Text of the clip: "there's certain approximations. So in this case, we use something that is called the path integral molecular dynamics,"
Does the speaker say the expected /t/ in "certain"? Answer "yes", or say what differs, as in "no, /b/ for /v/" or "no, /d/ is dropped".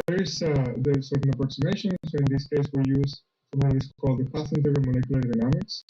no, /s/ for /t/